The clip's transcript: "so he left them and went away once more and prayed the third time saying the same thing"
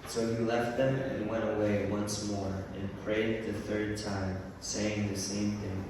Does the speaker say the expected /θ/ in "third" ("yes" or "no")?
yes